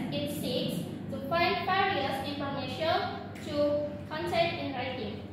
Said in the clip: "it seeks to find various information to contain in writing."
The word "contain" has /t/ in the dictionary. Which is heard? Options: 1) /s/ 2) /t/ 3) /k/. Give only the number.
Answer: 1